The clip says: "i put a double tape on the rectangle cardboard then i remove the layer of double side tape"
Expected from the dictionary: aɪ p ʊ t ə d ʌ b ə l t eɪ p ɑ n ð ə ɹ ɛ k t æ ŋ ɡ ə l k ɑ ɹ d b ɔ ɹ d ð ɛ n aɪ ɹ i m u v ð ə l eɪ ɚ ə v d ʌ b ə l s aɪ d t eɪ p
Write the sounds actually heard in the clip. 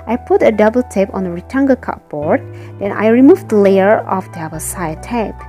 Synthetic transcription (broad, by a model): aɪ p ʊ t ə d ʌ b ə l t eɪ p ɑ n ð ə ɹ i t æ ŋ ɡ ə k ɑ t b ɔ ɹ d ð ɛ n aɪ ɹ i m u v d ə l eɪ ɚ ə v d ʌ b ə s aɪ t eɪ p